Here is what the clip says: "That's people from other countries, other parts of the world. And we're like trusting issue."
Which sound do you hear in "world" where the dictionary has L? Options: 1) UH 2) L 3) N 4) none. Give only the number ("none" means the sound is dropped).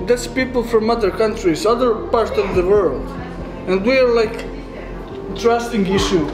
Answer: 2